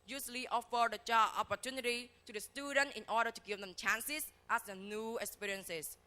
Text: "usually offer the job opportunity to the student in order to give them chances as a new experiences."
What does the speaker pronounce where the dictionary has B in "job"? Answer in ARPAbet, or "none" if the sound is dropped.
none